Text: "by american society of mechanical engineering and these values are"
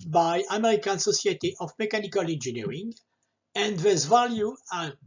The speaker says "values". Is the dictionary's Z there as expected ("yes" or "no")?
no